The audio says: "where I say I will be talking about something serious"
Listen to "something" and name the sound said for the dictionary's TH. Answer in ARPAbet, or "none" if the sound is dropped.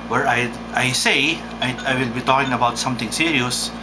T